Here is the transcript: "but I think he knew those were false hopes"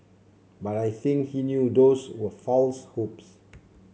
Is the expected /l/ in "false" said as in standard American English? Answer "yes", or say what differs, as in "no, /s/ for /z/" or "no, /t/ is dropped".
yes